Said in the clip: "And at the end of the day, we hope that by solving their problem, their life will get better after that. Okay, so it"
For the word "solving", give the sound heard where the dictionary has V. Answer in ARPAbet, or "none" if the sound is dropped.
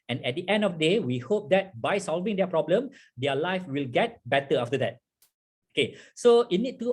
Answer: V